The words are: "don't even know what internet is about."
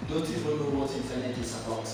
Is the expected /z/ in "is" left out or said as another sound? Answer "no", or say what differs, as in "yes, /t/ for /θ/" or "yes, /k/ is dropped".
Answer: yes, /s/ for /z/